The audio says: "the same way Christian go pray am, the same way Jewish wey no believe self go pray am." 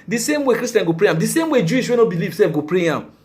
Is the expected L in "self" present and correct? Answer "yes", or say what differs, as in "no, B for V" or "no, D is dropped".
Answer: no, L is dropped